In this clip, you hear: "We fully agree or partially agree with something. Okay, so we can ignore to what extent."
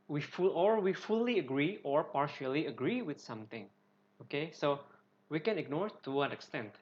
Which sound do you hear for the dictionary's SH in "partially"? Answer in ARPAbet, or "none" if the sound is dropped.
SH